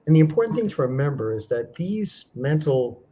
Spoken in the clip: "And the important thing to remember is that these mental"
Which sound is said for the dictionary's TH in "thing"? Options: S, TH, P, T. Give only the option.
TH